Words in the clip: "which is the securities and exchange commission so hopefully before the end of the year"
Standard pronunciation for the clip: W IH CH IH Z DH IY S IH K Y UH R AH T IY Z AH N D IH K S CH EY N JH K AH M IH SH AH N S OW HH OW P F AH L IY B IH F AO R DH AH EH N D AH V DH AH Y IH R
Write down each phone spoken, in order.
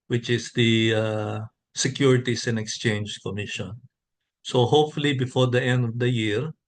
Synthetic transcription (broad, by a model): W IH CH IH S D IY S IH K Y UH R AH T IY S AH N D IH K S CH EY N JH K AH M IH SH AH N S OW HH OW P F AH L IY B IH F AO R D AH EH N D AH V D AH Y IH R